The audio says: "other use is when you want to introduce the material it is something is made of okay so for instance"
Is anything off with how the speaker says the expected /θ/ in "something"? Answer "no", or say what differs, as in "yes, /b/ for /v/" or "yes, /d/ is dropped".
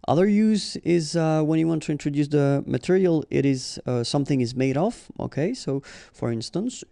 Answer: no